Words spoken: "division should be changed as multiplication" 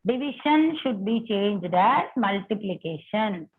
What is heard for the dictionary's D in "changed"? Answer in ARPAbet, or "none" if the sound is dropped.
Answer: D